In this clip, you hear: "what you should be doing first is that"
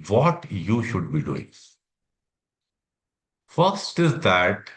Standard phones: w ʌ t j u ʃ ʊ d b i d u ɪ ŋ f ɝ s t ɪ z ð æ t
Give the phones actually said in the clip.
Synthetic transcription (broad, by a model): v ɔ t j u ʃ ʊ d b i d u ɪ ŋ f ɝ s t ɪ z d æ t